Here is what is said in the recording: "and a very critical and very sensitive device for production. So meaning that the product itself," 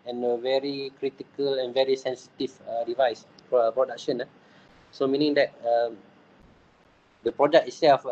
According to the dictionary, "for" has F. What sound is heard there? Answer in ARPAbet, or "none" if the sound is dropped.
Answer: P